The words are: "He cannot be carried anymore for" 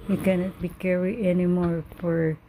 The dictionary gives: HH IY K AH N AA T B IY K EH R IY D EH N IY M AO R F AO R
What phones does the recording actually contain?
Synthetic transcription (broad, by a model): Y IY K AH N AA T B IY K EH R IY EH N IY M AO R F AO R